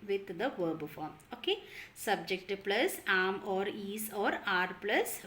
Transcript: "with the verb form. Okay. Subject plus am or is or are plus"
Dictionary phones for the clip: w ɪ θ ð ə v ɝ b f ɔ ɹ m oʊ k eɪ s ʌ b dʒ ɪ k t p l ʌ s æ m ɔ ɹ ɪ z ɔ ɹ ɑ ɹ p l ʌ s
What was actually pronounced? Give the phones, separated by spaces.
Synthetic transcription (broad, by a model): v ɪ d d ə v ɝ b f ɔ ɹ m oʊ k eɪ s ʌ b dʒ ɪ k t p l ʌ s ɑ m ɔ ɹ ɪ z ɔ ɹ ɑ ɹ p l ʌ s